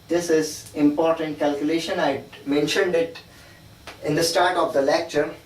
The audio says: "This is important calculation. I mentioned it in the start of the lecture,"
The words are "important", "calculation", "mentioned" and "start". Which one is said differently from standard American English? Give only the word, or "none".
none